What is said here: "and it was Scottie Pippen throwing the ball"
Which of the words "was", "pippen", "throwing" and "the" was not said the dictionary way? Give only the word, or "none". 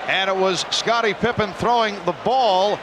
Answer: none